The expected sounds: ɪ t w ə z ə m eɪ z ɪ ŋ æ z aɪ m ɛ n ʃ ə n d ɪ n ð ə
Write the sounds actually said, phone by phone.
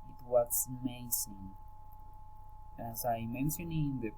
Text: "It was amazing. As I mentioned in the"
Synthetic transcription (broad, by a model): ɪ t w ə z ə m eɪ s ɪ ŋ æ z aɪ m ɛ n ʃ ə n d ɪ n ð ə